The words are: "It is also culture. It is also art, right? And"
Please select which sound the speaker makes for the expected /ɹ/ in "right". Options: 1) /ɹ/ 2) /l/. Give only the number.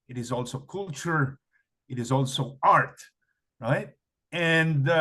1